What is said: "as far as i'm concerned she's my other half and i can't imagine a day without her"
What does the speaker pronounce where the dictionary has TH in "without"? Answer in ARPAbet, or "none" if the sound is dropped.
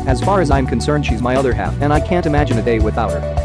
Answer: TH